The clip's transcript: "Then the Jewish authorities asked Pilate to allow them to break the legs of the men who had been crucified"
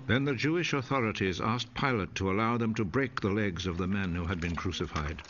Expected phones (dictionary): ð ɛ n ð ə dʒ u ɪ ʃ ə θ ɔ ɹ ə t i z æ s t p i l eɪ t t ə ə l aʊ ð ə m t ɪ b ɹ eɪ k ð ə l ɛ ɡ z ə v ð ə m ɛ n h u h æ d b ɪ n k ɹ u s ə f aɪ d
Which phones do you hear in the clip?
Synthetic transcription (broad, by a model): ð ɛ n ð ə dʒ u ɪ ʃ ə θ ɔ ɹ ə t i z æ s p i l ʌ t t ə ə l aʊ ð ə m t ɪ b ɹ eɪ k ð ə l ɛ ɡ z ə v ð ə m ɛ n h u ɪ d b ɪ n k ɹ u s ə f aɪ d